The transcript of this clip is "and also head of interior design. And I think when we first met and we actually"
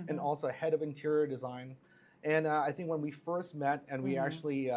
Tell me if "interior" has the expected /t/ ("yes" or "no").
yes